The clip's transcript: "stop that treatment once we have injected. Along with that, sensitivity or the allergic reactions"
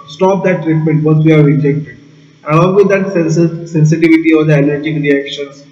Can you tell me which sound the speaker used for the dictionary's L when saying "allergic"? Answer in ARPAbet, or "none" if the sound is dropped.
N